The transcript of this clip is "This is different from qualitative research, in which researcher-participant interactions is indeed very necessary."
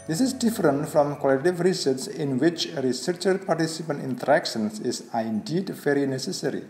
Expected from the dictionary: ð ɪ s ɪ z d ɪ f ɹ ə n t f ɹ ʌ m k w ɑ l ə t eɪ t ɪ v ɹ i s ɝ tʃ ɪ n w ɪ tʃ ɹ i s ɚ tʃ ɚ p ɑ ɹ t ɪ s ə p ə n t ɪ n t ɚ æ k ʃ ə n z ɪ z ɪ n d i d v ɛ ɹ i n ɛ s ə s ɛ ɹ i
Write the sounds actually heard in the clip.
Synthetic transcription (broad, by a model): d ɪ s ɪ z d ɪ f ɹ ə n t f ɹ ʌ m k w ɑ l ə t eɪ t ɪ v ɹ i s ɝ s ɪ n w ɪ tʃ ɹ i s ɚ tʃ ɚ p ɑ ɹ t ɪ s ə p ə n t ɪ n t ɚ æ k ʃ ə n s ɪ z ɪ n d i d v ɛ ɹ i n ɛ s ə s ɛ ɹ i